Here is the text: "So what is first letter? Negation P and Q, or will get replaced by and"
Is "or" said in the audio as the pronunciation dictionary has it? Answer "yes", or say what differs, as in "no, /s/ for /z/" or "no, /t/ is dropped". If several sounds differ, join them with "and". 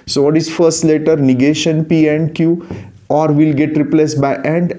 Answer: yes